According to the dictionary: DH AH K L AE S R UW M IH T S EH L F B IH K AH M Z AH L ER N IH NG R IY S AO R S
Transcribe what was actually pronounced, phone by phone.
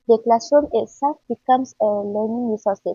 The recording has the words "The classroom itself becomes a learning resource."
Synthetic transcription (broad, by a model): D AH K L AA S AO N IH T S EH L F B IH K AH M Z AH L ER N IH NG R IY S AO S